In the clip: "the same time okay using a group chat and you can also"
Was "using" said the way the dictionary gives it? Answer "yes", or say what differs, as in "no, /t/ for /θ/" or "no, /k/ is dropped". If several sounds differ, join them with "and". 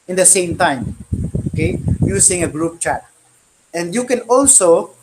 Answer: no, /s/ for /z/